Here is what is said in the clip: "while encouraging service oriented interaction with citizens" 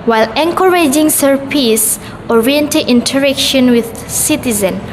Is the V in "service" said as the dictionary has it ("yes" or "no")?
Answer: no